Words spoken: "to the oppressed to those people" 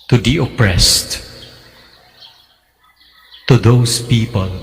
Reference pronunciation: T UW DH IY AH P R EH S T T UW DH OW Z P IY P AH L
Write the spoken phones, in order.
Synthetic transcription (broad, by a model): T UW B IY AH P R EH S T T UW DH OW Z P IY P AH L